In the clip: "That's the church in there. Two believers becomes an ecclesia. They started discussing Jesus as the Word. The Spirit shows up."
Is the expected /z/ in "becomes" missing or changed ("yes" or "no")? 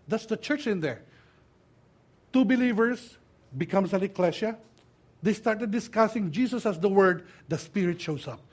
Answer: yes